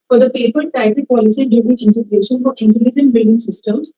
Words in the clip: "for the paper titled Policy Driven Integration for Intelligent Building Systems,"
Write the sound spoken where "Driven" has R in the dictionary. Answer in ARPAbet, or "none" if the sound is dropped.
none